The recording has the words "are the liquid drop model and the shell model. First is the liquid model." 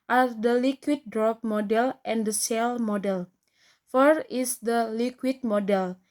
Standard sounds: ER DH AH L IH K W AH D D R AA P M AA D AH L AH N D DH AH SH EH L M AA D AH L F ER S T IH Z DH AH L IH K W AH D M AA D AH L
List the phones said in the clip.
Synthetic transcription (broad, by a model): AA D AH L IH K W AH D D R AA P M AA D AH L AH N D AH S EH L M AA D AH L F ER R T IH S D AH L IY K W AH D M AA D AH L